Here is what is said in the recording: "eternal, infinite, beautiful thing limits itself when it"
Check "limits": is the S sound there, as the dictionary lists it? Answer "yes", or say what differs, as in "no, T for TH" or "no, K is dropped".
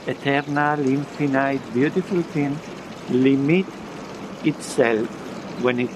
no, S is dropped